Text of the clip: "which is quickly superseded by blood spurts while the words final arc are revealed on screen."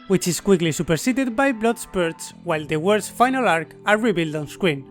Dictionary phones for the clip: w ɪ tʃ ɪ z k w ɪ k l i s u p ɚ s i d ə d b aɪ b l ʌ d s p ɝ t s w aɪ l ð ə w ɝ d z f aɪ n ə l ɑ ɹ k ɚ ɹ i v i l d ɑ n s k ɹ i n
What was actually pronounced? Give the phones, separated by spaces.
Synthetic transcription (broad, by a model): w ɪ tʃ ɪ s k w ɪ k l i s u p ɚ s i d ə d b aɪ b l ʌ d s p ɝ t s w aɪ l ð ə w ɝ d s f aɪ n ə l ɑ ɹ k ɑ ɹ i b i l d ɑ n s k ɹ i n